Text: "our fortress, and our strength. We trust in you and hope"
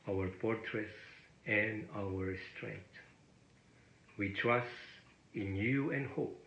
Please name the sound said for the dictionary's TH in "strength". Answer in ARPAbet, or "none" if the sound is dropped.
T